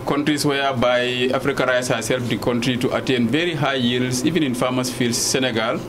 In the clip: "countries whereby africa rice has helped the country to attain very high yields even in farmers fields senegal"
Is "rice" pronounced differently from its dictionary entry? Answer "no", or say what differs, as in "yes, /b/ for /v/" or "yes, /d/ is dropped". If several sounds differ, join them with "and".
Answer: no